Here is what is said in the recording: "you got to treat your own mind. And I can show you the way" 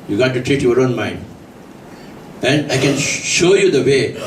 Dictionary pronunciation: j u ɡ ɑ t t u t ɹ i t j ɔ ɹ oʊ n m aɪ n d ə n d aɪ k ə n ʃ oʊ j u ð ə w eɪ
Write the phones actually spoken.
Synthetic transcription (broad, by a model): j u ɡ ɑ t t u t ɹ i t j ɔ ɹ oʊ n m aɪ n d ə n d aɪ k ə n ʃ oʊ j u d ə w eɪ